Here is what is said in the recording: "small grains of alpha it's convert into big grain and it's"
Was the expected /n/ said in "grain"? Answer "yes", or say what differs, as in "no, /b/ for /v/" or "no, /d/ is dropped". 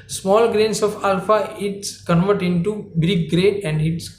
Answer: no, /n/ is dropped